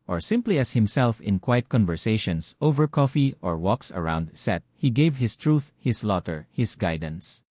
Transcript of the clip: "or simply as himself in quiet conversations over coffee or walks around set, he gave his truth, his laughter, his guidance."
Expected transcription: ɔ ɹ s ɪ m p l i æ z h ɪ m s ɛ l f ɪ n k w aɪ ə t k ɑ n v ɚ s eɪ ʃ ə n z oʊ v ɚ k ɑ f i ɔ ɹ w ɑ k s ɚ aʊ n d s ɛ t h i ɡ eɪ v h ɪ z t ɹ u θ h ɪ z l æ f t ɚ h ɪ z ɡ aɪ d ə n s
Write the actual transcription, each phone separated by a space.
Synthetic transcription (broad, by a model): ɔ ɹ s ɪ m p l i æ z h ɪ m s ɛ l f ɪ n k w aɪ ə t k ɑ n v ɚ s eɪ ʃ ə n s oʊ v ɚ k ɑ f i ɔ ɹ w ɑ k s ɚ aʊ n d s ɛ t h i ɡ eɪ v h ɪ s t ɹ u θ h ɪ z l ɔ t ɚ h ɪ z ɡ aɪ d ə n s